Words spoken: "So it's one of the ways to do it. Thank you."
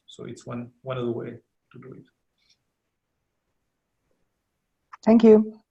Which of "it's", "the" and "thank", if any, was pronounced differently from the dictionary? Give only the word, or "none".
none